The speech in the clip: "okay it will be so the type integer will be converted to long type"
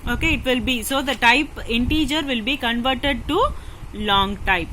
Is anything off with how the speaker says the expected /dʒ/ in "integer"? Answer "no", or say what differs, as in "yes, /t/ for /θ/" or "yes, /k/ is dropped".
no